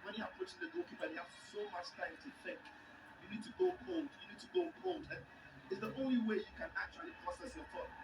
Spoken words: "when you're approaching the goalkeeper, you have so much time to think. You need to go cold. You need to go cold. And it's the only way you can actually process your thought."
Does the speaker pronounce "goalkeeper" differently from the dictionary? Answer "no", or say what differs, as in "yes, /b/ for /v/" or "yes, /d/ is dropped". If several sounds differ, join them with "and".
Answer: yes, /b/ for /p/